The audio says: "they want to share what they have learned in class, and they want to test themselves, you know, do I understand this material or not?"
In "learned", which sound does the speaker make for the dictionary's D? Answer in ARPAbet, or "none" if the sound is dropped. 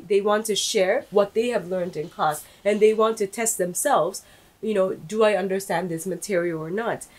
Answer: D